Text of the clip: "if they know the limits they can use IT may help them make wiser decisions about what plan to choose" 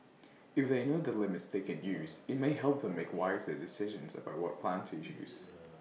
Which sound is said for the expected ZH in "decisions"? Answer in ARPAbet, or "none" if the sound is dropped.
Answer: ZH